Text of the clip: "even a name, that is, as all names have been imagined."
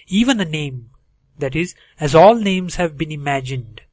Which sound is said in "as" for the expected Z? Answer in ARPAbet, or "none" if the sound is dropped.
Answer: Z